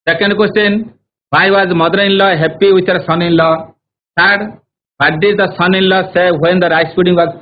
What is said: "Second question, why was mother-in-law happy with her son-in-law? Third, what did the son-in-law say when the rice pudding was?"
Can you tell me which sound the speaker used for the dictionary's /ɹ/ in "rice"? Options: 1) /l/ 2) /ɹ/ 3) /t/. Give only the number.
2